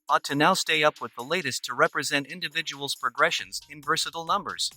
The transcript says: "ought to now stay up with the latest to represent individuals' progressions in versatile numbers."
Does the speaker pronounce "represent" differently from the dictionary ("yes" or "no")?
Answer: no